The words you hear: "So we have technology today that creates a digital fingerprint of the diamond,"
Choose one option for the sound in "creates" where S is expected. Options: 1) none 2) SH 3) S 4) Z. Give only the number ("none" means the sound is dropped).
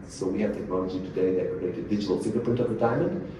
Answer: 1